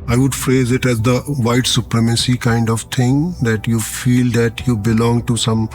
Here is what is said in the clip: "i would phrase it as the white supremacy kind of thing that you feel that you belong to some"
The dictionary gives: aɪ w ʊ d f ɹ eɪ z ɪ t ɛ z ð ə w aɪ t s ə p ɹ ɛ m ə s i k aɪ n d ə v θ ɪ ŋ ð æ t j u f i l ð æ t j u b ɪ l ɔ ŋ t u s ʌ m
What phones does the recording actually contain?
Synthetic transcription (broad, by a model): aɪ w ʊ d f ɹ eɪ z ɪ t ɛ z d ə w aɪ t s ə p ɹ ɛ m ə s i k aɪ n d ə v t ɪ ŋ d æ t j u f i l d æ t j u b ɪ l ɔ ŋ t u s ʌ m